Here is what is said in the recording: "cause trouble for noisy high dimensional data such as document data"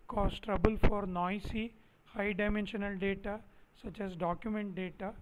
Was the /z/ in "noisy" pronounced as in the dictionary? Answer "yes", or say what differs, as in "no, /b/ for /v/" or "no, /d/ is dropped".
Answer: no, /s/ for /z/